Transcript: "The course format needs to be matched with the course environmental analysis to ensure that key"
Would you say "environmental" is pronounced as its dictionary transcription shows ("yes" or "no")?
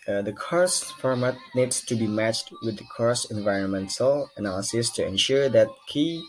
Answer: yes